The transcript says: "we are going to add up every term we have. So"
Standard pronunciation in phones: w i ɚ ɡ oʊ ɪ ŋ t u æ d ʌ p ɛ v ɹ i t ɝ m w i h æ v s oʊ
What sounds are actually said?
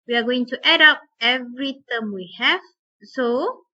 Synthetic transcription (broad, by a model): w i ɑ ɡ oʊ ɪ ŋ t u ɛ d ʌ p ɛ v ɹ i t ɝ m w i h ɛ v s oʊ